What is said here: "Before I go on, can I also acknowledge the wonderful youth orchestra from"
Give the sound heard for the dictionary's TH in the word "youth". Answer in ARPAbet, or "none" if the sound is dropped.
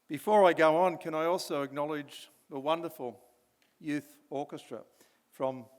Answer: TH